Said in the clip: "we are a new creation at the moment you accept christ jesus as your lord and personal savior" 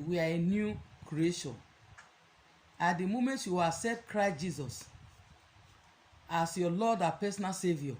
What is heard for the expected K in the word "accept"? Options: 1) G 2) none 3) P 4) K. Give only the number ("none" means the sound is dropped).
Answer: 2